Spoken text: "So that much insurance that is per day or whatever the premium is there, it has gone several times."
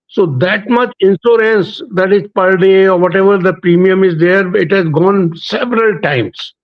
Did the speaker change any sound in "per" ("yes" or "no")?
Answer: no